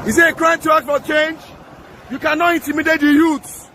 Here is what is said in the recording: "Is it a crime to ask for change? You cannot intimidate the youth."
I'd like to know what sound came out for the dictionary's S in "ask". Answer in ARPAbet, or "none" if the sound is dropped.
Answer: none